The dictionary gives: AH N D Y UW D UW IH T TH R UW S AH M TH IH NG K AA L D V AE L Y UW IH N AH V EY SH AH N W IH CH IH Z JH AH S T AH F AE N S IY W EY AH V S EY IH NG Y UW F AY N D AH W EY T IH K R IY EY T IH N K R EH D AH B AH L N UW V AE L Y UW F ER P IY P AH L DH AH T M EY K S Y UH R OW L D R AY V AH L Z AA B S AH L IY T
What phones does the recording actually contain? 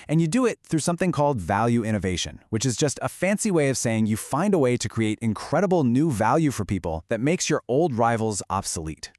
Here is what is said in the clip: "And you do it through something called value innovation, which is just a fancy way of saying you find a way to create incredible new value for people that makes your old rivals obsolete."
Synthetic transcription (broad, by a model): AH N Y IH D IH IH T TH R UW S AH M TH IH NG K AA L D V AE L Y UW IH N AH V EY SH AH N W IH CH IH Z JH AH S T AH F AE N S IY W EY AH V S EY IH NG Y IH F AY N D AH W EY T IH K R IY EY T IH N K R EH D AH B L N UW V AE L Y UW F ER P IY P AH L DH AH T M EY K S Y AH R OW L D R AY V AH L Z AA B S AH L IY T